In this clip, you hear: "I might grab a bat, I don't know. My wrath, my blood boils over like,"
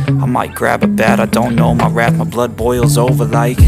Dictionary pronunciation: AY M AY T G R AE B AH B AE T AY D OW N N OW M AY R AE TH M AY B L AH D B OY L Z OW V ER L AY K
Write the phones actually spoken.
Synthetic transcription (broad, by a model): AY M AY T G R AE B AH B AE T AY D OW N N OW M AY R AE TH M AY B L AH D B OY L Z OW V ER L AY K